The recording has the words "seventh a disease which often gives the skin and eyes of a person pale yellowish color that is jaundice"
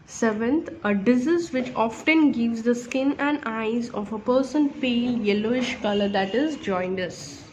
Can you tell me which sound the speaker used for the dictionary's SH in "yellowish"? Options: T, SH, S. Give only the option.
SH